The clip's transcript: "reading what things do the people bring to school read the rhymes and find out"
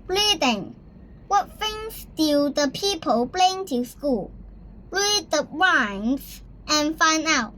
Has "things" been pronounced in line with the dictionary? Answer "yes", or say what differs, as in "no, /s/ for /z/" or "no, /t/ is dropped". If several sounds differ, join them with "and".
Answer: no, /f/ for /θ/